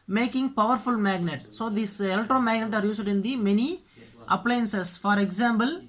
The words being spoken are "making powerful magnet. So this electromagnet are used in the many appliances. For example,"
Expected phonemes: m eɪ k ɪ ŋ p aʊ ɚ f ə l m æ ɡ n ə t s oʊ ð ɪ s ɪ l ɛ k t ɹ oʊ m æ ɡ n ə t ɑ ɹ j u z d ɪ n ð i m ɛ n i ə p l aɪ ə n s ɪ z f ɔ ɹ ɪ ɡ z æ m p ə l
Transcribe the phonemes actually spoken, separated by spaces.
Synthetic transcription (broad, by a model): m eɪ k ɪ ŋ p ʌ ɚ f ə l m æ ɡ n ə t s oʊ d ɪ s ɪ l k t ɹ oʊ m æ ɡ n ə t ɑ ɹ j u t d ɪ n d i m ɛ n i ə p l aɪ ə n s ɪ s f ɔ ɹ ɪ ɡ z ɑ m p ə l